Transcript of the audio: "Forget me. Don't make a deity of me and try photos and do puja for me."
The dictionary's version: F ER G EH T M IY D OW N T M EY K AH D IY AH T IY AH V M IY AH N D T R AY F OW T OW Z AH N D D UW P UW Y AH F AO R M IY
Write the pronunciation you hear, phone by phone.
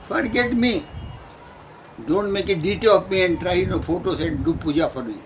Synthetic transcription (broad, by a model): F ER G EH T M IY D OW N T M EY K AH D IY T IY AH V M IY AH N D T R AY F OW T OW S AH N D D UW P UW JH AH F AO R M IY